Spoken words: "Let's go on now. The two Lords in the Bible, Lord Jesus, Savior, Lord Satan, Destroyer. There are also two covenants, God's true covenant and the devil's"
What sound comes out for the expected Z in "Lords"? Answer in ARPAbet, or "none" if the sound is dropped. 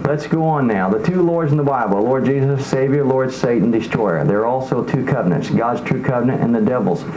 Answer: Z